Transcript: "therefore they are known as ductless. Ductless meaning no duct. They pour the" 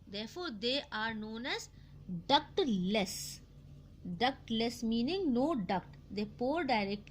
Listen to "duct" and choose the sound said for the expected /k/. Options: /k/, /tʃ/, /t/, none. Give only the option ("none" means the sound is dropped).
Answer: /k/